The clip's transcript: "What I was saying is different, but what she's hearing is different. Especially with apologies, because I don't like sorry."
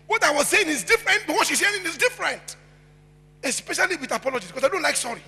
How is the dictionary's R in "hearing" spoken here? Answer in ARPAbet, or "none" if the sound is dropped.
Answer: none